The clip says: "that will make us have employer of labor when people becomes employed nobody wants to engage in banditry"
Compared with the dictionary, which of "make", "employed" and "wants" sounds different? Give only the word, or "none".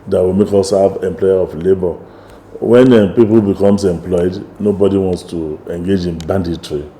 none